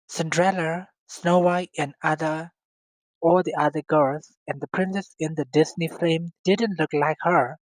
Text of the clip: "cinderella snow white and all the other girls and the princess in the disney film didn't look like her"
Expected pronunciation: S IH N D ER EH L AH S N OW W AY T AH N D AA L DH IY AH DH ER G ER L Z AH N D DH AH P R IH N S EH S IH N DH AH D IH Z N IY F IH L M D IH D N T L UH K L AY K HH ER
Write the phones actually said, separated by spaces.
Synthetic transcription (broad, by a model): S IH N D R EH L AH S N OW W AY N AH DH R AA L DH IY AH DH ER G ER L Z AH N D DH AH P R IH N S EH S IH N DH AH D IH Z N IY F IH M D IH D N T L UH K L AY K HH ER